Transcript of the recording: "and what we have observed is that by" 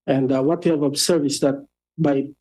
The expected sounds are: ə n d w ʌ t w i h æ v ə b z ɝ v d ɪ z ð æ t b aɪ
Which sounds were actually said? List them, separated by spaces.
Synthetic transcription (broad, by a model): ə n d w ʌ t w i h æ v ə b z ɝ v ɪ s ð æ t b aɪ